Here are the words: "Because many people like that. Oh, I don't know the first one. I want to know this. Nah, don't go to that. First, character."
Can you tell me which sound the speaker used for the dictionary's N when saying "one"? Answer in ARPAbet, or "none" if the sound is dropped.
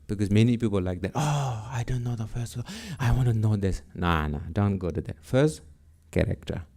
none